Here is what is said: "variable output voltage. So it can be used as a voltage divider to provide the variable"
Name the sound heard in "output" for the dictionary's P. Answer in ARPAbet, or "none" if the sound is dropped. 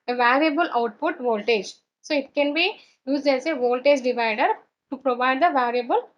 P